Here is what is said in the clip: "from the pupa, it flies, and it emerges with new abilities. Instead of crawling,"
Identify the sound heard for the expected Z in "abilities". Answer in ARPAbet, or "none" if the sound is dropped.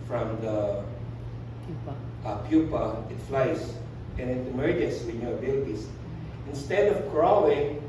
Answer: S